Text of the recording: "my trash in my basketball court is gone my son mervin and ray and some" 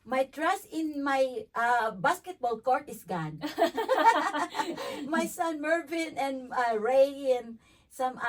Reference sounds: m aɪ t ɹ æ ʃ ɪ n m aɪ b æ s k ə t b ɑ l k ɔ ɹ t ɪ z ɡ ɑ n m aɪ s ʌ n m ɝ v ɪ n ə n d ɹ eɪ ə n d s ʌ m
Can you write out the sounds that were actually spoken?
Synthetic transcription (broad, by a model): m aɪ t ɹ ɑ s ɪ n m aɪ b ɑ s k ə t b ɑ l k ɔ ɹ t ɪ s ɡ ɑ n m aɪ s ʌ n m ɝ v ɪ n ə n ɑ ɹ eɪ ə n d s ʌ m